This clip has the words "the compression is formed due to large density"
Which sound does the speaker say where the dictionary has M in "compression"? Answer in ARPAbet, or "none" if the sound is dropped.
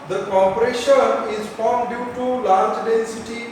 none